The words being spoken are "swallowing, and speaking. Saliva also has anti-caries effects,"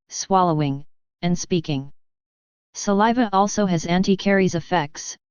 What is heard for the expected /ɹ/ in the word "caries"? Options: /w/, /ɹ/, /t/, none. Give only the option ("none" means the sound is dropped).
/ɹ/